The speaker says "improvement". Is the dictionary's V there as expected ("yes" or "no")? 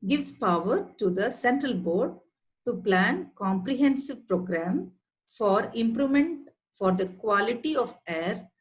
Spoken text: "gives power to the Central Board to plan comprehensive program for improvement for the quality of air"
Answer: no